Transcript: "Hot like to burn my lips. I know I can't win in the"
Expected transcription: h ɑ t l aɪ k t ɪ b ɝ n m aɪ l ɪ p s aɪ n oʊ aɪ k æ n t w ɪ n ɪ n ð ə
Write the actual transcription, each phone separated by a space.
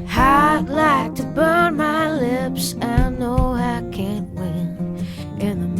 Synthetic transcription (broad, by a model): h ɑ l aɪ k t ɪ b ɝ n m aɪ l ɪ p s aɪ n oʊ aɪ k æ n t w ɪ n ɪ n ð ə